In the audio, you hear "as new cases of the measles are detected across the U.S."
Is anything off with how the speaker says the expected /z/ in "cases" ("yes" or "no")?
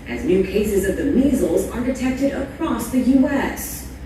no